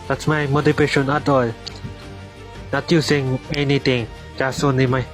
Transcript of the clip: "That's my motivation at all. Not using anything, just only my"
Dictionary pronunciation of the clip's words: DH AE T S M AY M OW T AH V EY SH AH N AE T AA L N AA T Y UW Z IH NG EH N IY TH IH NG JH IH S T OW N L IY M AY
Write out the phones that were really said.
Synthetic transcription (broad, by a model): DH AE T S M AY M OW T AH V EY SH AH N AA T AA L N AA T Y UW S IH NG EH N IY T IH NG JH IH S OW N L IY M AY